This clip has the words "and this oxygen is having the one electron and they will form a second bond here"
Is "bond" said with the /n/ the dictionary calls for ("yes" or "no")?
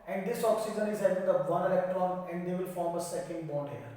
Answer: no